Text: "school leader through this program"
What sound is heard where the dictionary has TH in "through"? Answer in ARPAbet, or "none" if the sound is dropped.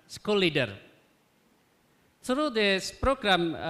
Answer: S